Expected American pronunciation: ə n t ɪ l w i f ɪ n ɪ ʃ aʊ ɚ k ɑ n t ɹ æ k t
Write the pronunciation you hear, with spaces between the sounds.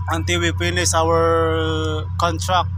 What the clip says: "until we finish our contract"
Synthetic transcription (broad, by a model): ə n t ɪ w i p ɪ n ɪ s aʊ ɚ k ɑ n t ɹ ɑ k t